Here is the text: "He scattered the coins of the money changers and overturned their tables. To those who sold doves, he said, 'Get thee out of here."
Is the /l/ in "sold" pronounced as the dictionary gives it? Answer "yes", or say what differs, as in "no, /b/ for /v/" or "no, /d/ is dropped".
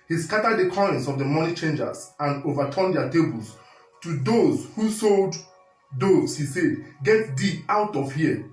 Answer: yes